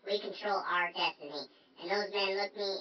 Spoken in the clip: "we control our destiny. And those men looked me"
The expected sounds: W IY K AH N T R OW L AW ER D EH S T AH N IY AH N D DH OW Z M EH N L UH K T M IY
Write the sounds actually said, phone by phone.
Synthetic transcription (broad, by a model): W IY K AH N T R OW L AW ER D EH S T AH N IY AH N DH OW Z M EH N L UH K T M IY